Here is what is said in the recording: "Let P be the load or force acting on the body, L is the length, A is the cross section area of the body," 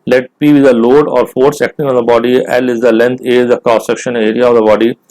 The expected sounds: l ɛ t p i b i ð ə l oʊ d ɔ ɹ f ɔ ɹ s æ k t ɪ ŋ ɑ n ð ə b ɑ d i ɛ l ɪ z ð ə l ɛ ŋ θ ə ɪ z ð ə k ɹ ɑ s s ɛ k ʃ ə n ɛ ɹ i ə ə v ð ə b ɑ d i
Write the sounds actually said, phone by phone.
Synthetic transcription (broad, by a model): l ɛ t p i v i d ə l oʊ d ɔ ɹ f ɔ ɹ s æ k t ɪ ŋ ɑ n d ə b ɑ d i ɛ l ɪ z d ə l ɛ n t ə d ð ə k ɑ s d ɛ k ʃ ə n ɛ ɹ i ə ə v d ə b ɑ d i